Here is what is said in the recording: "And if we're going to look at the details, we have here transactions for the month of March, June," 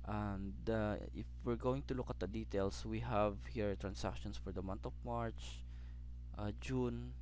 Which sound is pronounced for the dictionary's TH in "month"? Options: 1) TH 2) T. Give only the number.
2